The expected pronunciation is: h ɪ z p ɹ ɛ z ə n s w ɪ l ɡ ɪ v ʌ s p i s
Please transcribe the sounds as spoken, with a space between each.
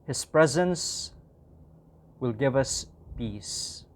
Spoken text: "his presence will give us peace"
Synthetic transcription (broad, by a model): h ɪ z p ɹ ɛ z ə n s w ɪ l ɡ ɪ v ʌ s p i s